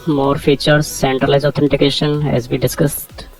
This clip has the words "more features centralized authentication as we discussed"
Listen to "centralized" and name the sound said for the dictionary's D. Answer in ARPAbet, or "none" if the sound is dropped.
none